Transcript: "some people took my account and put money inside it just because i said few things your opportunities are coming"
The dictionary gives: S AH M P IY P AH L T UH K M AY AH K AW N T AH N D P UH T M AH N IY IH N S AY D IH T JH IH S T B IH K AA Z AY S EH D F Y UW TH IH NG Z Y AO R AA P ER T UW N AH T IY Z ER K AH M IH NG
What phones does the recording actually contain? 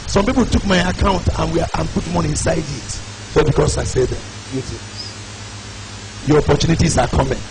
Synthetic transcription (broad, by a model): S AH M P IY P AH L T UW K M AY AH K AW N T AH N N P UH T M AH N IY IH N S AY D IH T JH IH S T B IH K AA S AY S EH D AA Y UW T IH Y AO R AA P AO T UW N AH T IY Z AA K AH M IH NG